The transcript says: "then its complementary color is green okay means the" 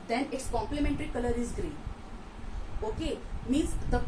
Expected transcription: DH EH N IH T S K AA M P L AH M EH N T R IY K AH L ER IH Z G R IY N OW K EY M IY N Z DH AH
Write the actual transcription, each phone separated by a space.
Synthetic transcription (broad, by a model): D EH N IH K S K AA M P L AH M EH N T R IY K AH L ER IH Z G R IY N OW K EY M IY Z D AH